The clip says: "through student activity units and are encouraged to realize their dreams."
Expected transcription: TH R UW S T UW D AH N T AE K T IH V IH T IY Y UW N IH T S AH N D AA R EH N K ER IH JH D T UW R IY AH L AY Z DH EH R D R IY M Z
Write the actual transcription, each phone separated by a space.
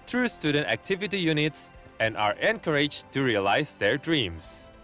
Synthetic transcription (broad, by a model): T R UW S T UW D AH N T AE K T IH V IH T IY Y UW N IH T S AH N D AA R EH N K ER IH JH T UW R IY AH L AY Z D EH R D R IY M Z